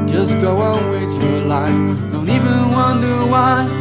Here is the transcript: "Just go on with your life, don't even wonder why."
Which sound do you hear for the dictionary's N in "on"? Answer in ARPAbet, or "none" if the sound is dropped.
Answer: L